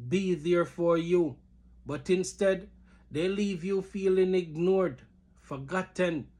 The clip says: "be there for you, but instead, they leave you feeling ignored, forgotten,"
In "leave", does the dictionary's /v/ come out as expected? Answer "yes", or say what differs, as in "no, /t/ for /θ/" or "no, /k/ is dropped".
yes